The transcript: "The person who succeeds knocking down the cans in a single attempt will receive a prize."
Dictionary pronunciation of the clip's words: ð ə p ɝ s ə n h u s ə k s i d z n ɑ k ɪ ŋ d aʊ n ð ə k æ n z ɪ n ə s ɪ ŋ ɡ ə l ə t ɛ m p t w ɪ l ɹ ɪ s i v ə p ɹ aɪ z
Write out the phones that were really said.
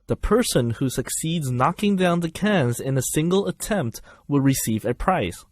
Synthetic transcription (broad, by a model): ð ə p ɝ s ə n h u s ə k s i d z n ɑ k ɪ ŋ d aʊ n ð ə k æ n z ɪ n ə s ɪ ŋ ɡ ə l ə t ɛ m p t w ɪ l ɹ ɪ s i v ə p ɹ aɪ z